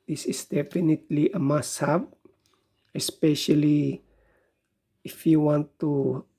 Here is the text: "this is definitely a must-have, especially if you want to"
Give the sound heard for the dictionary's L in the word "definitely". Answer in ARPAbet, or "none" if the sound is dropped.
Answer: L